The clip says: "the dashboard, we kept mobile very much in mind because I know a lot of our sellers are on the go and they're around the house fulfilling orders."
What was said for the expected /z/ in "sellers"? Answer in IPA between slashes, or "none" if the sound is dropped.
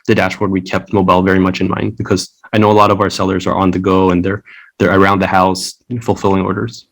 /z/